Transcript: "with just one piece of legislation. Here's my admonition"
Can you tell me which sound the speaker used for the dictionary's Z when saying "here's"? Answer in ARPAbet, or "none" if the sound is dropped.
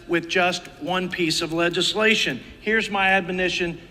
Z